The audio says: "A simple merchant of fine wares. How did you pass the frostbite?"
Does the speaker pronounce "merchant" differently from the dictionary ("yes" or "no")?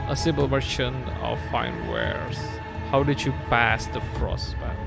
yes